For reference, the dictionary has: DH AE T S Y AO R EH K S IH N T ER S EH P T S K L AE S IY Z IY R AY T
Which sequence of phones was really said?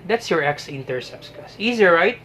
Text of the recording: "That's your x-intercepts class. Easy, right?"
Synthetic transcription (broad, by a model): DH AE T S Y AO R EH K S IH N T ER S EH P S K AA S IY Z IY R AY T